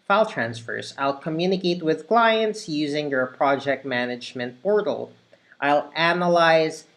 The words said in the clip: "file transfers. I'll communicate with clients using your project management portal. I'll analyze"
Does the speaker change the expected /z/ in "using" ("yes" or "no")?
no